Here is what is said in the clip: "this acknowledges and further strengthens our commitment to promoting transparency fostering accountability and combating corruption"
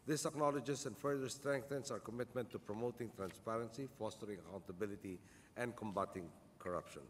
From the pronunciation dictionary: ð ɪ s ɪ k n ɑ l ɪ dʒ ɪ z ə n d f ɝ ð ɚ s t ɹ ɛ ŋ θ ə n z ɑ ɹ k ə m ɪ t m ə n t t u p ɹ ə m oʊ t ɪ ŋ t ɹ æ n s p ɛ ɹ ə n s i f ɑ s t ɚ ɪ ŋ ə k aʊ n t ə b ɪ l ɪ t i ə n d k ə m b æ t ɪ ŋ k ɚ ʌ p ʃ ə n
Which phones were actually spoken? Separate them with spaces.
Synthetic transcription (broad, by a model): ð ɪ s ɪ k n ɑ l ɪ dʒ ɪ s ə n d f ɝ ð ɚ s t ɹ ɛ ŋ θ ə n s ɑ ɹ k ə m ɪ t m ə n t t u p ɹ ə m oʊ t ɪ ŋ t ɹ æ n s p ɛ ɹ ə n s i f ɑ s t ɚ ɪ ŋ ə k aʊ n t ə b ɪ l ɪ t i ə n d k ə m b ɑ t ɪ ŋ k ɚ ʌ p ʃ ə n